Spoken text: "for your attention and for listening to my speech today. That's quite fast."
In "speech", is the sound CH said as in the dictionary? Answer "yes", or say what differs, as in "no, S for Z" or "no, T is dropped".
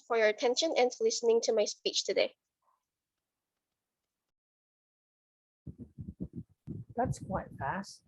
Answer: yes